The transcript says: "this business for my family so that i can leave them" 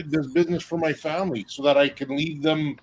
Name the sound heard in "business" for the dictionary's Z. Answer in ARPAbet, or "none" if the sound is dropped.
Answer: Z